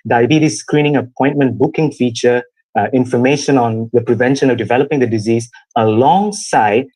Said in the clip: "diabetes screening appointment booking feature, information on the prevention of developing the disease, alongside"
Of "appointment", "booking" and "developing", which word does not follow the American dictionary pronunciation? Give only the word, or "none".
none